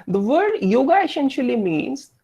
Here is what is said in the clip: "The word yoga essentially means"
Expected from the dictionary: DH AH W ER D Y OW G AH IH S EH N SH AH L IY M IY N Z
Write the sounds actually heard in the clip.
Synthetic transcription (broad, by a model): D AH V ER D Y OW G AH IH S EH N SH AH L IY M IY N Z